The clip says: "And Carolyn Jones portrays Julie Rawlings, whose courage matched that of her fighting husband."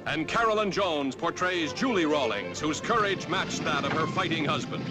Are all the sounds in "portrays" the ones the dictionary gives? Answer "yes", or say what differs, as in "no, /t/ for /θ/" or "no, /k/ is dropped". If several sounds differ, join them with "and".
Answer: yes